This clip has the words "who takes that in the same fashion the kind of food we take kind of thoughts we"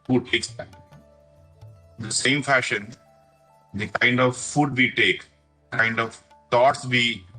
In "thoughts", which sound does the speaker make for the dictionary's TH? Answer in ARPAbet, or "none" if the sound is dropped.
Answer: T